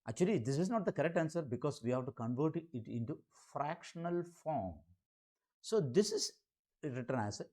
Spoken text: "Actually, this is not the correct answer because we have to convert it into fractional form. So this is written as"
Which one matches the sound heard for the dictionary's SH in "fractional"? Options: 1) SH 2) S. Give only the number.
1